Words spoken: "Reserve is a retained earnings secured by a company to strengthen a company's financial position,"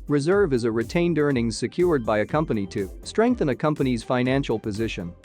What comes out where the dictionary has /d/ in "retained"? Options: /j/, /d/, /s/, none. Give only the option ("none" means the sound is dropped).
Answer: /d/